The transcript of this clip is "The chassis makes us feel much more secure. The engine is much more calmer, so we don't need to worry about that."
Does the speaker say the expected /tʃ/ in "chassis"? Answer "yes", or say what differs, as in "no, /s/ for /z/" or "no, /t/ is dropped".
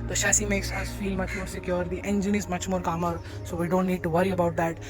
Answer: no, /ʃ/ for /tʃ/